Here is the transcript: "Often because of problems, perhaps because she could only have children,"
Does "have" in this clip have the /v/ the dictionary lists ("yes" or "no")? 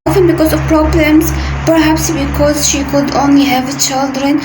yes